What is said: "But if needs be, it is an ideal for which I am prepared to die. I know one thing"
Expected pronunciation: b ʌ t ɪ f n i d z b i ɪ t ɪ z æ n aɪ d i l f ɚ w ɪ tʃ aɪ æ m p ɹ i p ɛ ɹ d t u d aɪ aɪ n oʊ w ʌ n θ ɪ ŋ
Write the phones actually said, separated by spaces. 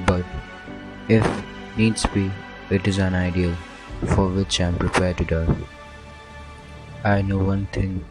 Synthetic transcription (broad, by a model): b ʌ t ɪ f n i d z b i ɪ t ɪ z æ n aɪ d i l f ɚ w ɪ tʃ aɪ m p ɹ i p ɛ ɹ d t u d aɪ aɪ n oʊ w ʌ n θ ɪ ŋ